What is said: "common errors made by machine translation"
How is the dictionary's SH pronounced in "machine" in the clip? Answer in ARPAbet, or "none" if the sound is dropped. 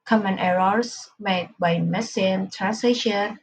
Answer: S